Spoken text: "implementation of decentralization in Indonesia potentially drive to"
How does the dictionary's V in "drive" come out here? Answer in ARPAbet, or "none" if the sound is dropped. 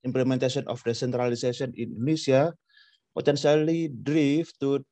F